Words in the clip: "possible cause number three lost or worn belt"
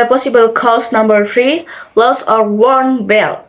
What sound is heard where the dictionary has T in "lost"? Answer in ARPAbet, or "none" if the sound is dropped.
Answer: none